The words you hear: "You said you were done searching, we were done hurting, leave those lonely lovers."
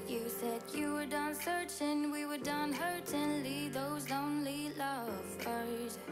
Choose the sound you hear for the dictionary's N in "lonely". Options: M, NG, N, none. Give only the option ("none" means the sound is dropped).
N